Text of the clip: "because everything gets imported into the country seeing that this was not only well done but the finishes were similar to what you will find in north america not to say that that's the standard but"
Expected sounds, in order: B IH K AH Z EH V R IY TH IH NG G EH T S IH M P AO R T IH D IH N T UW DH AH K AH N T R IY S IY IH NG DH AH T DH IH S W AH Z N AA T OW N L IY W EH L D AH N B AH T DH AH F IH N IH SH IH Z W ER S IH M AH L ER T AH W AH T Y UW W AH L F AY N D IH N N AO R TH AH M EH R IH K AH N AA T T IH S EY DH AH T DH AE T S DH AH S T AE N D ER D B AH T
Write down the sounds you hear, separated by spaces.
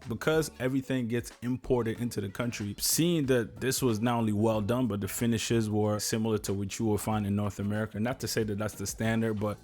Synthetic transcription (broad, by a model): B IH K AH Z EH V R IY TH IH NG G EH T S IH M P AO R T IH D IH N T UW DH AH K AH N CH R IY S IY IH NG DH AH T DH IH S W AH Z N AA T OW N L IY W EH L D AH N B AH T DH AH F IH N IH SH IH Z W ER S IH M L ER T AH W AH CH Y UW W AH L F AY N D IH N N AO R TH AH M EH R IH K AH N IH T T IH S EY DH AH T DH AE T S DH AH S T AE N D ER D B AH T